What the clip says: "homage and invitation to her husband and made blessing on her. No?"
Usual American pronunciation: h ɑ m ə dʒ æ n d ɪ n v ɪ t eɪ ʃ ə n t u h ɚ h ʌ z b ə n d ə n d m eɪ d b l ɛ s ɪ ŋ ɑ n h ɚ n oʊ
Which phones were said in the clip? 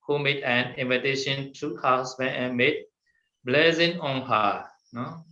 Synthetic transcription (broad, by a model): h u m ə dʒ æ n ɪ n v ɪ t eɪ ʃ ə n t u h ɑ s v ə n ə m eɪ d b l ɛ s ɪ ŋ ɑ n h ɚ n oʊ